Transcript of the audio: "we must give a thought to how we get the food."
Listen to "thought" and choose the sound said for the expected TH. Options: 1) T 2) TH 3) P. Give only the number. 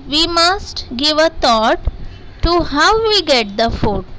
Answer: 1